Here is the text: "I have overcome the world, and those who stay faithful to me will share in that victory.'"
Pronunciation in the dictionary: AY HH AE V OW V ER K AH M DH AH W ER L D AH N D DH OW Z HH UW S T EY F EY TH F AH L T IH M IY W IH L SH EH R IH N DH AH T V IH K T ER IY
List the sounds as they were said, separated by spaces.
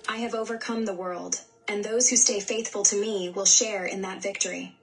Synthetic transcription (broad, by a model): AY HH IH V OW V ER K AH M DH AH W ER L D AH N DH OW Z HH UW S T EY F EY TH F AH L T IH M IY W IH L SH EH R IH N DH AH T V IH K T ER IY